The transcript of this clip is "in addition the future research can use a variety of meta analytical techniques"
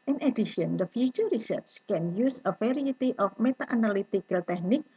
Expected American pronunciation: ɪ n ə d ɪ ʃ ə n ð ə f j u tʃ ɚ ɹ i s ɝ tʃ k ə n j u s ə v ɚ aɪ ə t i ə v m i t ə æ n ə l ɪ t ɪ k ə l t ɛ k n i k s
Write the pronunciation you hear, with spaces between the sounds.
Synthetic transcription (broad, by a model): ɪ n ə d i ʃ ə n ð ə f j u tʃ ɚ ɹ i s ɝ s k ə n j u s ə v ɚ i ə t i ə f m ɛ t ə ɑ n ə l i t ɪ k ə l t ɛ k n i k